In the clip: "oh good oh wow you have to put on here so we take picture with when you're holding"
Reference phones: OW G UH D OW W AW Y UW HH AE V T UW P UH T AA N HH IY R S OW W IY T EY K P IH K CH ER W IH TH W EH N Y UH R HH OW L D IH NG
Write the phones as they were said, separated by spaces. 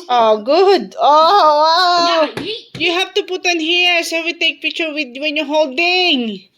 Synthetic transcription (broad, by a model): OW G UH D OW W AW Y UW HH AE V T UW P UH T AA N HH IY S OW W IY T EY K P IH K CH ER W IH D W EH N Y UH HH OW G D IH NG